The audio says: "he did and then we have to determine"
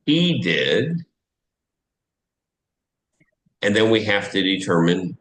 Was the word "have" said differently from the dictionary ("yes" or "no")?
yes